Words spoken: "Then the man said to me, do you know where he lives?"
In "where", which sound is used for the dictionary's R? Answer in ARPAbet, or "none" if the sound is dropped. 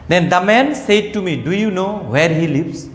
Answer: R